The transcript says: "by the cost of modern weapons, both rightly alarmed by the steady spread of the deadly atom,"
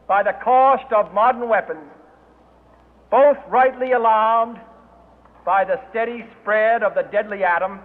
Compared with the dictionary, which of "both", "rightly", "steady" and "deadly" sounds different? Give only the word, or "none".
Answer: none